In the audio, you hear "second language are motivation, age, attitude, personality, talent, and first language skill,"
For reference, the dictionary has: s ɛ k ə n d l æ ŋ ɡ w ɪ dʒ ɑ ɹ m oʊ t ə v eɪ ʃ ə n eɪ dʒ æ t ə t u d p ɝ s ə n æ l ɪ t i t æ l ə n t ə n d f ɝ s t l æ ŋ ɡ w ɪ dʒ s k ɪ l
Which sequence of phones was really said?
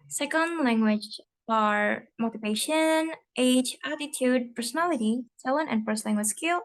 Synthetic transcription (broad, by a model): s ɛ k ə n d l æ ŋ ɡ w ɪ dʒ ɑ ɹ m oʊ t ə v eɪ ʃ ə n eɪ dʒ æ t ə t u d p ɝ s ə n æ l ɪ t i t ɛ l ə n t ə n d f ɝ s t l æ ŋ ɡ w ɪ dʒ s k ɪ l